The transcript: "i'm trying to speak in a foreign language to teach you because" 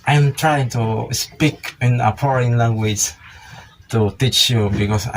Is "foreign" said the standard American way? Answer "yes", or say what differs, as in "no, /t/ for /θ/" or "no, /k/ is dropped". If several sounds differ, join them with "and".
no, /p/ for /f/